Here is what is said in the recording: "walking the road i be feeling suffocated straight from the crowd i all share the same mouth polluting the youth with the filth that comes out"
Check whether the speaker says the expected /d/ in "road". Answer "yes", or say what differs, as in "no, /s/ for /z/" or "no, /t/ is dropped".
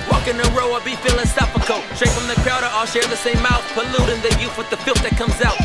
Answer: no, /d/ is dropped